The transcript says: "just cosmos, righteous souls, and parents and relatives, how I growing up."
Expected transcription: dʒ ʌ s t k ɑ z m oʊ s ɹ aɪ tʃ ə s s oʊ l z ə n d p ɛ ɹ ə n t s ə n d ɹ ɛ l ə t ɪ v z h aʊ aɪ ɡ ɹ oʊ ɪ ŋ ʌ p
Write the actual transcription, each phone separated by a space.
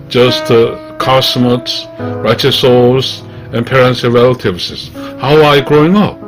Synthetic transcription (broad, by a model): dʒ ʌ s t k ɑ s m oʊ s ɹ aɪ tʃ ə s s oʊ z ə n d p ɛ ɹ ə n t s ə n ɹ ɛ l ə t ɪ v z h aʊ aɪ ɡ ɹ oʊ ɪ ŋ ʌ p